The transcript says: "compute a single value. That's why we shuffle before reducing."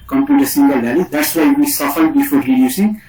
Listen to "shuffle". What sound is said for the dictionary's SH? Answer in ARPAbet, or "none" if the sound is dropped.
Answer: S